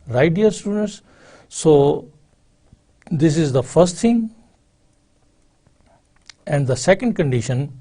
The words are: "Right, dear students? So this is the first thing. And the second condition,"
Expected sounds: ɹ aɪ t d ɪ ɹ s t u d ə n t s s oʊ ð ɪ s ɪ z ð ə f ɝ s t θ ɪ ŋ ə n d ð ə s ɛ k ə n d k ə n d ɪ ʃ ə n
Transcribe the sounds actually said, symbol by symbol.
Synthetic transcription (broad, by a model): ɹ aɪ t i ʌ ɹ s t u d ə n t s s oʊ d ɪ s ɪ z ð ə f ɝ s t t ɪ ŋ ə n d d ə s ɛ k ə n d k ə n d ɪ ʃ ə n